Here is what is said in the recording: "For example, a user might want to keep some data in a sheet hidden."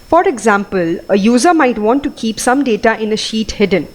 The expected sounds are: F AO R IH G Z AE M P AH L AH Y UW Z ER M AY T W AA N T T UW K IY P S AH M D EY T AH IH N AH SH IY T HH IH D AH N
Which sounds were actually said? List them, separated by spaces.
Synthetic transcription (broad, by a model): F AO R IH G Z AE M P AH L AH Y UW Z ER M AY T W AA N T T UW K IY P S AH M D EY T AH IH N AH SH IY T HH IH D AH N